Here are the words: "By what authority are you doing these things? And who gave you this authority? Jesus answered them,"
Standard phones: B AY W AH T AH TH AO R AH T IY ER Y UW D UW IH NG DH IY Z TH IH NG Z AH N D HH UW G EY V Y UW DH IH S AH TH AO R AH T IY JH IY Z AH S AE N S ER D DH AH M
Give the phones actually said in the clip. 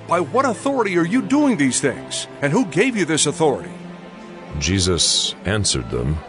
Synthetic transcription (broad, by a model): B AY W AH T AH TH AO R AH T IY ER Y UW D UW IH NG DH IY Z TH IH NG Z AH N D HH UW G EY V Y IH DH IH S AH TH AO R AH T IY JH IY Z AH S AE N S ER D DH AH M